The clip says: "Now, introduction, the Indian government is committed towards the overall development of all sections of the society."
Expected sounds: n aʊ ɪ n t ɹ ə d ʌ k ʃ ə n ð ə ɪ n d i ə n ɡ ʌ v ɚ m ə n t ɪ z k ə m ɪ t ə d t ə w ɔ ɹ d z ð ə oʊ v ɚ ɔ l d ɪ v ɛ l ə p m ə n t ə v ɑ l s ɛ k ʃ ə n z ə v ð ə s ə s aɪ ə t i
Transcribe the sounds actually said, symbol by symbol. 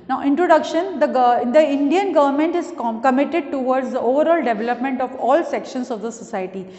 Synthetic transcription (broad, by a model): n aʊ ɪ n t ɹ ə d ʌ k ʃ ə n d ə ɪ n d i ə n ɡ ʌ v ɚ m ə n t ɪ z k ə m ɪ t ə d t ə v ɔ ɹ d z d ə oʊ v ɚ ɔ l d ɪ v ɛ l ə p m ə n t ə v ɑ l s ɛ k ʃ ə n s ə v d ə s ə s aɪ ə t i